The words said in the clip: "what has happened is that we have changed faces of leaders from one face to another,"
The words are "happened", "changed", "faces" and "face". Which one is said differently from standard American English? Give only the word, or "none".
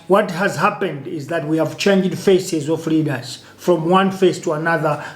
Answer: none